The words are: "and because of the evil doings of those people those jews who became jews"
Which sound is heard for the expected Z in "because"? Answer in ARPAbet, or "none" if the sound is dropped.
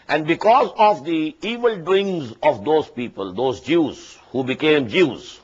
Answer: Z